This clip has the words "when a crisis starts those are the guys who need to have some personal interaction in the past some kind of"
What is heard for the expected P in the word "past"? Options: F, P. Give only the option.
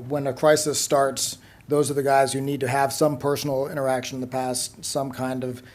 P